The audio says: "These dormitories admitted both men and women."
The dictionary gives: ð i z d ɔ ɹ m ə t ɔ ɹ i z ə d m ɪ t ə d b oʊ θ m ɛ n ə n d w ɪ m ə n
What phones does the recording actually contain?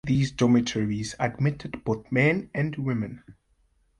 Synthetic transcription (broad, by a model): ð i z d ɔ m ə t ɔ ɹ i z ə d m ɪ t ə d b oʊ θ m ɛ n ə n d w ɪ m ə n